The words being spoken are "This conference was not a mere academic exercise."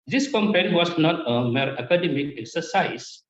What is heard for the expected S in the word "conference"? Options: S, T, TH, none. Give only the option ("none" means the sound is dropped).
none